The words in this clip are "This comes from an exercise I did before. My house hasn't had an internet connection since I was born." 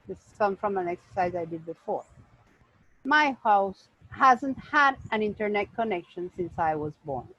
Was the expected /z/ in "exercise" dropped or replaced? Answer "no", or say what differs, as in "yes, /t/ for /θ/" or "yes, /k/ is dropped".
no